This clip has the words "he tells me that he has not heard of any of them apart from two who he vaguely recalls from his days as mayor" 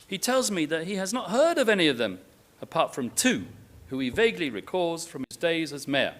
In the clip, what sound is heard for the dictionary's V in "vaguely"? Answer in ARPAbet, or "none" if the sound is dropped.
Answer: V